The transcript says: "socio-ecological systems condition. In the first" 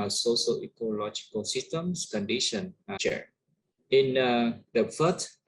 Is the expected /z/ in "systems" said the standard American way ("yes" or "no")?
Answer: no